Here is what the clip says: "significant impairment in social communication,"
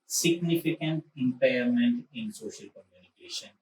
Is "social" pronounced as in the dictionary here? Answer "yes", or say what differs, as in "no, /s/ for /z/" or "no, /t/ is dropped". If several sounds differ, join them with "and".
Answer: yes